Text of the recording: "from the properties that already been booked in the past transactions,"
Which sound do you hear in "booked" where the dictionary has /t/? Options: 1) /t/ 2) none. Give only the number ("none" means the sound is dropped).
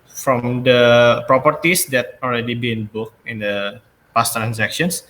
2